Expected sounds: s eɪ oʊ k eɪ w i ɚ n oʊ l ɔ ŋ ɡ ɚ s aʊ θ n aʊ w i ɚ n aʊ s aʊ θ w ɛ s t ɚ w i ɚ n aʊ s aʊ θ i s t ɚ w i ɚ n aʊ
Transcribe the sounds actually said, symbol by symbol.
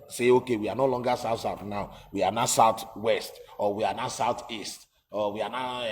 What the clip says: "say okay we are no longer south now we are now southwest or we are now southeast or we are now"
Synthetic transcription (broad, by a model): s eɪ oʊ k eɪ w i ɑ n oʊ l ɔ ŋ ɡ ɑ s aʊ s n aʊ w i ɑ n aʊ s aʊ t w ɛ s t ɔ w i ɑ n aʊ s aʊ t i s t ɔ w i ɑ n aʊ